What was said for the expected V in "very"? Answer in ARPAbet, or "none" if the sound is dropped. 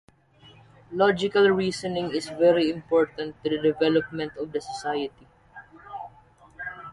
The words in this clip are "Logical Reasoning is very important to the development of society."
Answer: V